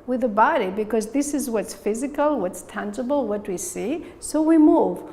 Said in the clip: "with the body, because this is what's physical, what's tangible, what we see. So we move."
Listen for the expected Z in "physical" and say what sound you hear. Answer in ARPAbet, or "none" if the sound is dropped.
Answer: Z